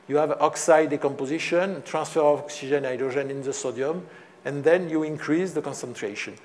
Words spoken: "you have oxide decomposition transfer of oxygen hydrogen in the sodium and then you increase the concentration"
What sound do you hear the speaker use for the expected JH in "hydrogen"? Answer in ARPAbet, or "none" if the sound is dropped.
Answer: ZH